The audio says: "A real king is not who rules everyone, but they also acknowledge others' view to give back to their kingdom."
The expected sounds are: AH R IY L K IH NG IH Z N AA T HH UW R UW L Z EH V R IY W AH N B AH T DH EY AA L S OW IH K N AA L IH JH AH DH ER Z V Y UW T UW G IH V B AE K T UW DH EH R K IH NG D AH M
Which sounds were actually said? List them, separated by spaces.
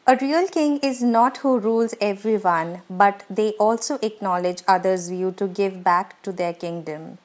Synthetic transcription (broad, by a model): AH R IY L K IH NG IH Z N AA T HH UW R UW L Z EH V R IY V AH N B AH T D EY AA L S OW IH K N AA L IH JH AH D ER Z V Y UW T UW G IH V B AE K T UW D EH R K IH NG D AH M